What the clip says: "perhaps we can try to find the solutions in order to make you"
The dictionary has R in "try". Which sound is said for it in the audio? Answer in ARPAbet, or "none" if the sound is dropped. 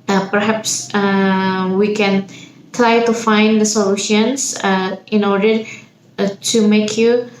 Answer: L